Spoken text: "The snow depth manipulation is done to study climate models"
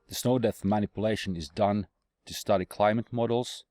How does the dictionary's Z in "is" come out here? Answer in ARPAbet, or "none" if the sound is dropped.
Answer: Z